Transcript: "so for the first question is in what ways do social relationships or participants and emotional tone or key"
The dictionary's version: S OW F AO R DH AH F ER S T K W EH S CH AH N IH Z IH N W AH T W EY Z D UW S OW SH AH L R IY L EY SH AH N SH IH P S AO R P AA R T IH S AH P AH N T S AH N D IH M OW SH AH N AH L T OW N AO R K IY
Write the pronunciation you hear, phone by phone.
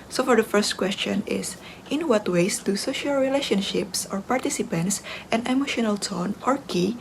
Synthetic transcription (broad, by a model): S OW F AO R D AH F ER S T K W EH S CH AH N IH S IH N W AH T W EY S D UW S OW SH AH L R IY L EY SH AH N SH IH P S AO R P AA R T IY S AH P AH N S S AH N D IH M OW SH AH N AH L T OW N AO R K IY